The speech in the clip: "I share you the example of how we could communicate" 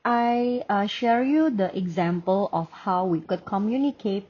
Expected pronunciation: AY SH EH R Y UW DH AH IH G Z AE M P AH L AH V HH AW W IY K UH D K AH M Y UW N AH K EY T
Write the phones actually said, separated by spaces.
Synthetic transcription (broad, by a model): AY SH EH R Y UW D AH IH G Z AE M P AH L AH F HH AW W IY K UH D K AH M Y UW N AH K EY T